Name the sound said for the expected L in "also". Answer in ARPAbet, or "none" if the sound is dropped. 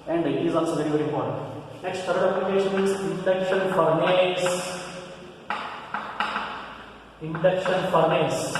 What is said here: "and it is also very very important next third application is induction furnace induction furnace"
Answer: N